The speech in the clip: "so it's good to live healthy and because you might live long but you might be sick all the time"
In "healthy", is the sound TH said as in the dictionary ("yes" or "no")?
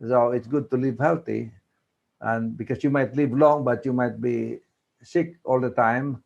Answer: no